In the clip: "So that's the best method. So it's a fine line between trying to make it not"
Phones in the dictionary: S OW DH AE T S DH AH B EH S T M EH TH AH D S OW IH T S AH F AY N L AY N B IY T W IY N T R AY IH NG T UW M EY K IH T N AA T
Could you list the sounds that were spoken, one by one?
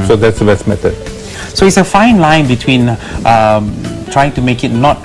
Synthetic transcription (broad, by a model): S OW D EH T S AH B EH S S M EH T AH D S OW IH T S AH F AY N L AY N B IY T W IY N T R AY IH NG T UW M EY K IH T N AA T